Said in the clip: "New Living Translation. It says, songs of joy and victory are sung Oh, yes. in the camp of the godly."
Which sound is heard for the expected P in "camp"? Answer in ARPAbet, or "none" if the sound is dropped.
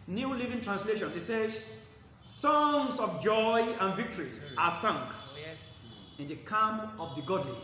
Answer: none